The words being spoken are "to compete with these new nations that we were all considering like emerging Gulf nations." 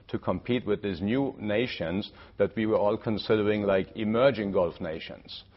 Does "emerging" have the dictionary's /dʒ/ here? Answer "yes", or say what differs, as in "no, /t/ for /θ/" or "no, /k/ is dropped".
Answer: yes